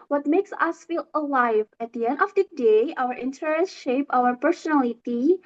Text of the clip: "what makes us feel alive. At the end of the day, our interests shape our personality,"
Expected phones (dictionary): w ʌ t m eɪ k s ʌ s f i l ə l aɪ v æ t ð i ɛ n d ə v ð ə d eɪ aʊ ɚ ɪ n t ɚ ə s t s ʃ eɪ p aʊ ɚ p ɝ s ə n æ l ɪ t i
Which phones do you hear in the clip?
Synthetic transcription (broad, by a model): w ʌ t m eɪ k s ʌ s f i l ə l aɪ v æ t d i ɛ n d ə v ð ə d eɪ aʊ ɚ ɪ n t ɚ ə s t ʃ eɪ p aʊ ɚ p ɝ s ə n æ l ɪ t i